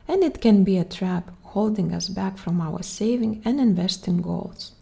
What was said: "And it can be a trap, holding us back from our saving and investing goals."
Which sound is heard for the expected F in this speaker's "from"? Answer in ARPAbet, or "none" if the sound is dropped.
F